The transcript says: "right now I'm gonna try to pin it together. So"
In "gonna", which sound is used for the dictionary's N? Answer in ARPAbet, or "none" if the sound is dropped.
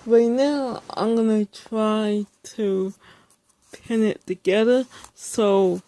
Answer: N